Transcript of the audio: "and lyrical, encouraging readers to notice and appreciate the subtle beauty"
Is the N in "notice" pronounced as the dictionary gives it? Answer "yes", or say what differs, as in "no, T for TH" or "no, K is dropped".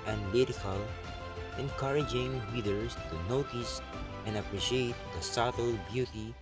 yes